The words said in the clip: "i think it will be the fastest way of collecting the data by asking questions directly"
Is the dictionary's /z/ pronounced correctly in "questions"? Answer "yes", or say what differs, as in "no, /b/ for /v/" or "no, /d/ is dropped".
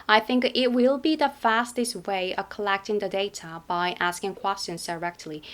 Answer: yes